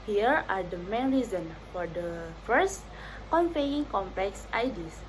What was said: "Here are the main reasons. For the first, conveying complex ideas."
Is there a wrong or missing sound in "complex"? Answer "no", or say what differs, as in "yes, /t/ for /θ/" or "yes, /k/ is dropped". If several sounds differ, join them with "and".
no